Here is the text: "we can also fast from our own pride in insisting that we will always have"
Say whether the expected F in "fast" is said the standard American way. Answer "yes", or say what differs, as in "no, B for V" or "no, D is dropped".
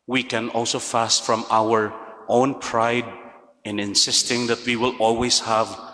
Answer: yes